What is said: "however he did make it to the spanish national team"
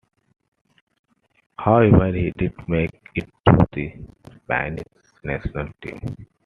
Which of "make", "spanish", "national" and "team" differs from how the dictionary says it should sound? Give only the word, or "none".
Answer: spanish